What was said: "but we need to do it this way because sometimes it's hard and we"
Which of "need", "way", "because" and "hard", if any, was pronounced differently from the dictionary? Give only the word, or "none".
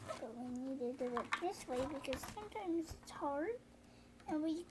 hard